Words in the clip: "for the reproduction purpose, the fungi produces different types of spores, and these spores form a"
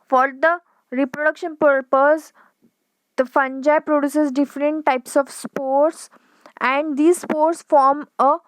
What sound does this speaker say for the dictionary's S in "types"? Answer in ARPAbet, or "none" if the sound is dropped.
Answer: S